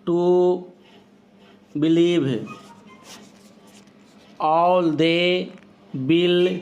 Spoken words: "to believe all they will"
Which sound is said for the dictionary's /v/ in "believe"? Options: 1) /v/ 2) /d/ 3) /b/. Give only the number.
3